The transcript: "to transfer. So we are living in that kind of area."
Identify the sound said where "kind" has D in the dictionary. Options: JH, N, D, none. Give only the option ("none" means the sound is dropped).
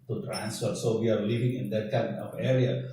none